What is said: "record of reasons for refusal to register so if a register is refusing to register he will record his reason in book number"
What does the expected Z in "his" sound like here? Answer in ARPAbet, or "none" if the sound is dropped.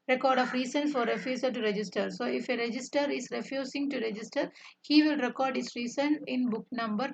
S